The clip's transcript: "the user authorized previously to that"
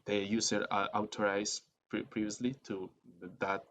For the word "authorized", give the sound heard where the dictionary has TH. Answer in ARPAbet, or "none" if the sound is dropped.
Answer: T